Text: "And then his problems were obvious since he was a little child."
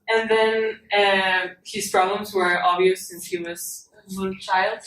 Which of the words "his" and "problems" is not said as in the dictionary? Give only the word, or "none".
none